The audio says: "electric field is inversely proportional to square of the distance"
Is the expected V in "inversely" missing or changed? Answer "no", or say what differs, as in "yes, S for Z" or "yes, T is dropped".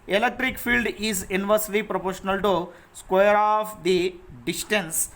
no